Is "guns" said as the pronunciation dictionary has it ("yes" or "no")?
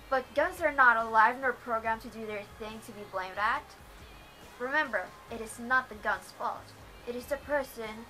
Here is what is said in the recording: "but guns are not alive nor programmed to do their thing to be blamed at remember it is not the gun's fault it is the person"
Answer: yes